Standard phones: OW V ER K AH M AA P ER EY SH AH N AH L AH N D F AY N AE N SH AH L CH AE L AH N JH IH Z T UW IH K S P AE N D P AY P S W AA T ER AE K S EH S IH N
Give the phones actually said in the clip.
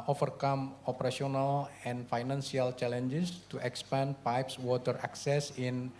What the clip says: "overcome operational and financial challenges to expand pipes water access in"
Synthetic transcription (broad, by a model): OW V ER K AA M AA P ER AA S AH N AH L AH N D F AY N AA N S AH L CH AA L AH N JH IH S T UW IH K S P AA N P AY P S W AA T ER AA K S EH S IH N